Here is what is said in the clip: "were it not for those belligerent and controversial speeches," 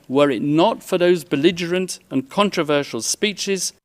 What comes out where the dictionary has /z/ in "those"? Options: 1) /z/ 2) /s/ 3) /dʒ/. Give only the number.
1